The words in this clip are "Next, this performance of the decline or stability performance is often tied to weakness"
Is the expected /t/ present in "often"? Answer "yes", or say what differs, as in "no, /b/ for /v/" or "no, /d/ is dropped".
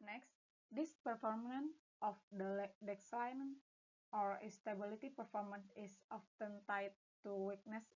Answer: yes